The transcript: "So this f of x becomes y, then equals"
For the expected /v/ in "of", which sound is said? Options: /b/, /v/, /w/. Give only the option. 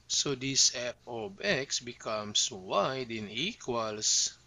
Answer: /b/